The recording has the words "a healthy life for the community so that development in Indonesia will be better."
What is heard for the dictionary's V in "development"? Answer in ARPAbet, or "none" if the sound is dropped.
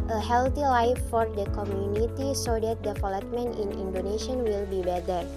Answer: F